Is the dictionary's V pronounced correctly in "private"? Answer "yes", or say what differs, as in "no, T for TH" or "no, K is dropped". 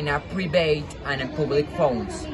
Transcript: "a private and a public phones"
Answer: no, B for V